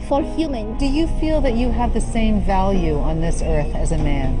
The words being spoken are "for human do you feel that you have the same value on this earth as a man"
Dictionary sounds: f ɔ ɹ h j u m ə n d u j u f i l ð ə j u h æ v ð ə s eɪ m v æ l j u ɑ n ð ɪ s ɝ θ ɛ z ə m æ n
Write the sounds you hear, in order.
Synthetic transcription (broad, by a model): f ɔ ɹ h j u m ə n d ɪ j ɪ f i l ð ə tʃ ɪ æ v ð ə s eɪ m v æ l j u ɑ n ð ɪ s ɝ θ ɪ z ə m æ n